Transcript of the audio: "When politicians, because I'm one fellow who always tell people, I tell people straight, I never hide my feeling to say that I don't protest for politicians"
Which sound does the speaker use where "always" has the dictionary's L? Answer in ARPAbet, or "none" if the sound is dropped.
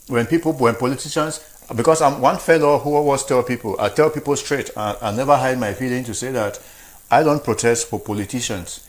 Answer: none